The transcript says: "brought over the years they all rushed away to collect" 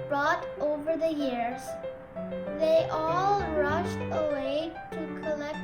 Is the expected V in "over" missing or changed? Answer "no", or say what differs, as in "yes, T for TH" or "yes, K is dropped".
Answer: no